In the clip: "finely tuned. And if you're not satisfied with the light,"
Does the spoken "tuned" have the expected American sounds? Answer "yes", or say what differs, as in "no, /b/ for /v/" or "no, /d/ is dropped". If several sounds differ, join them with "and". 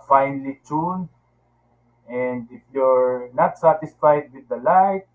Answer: no, /d/ is dropped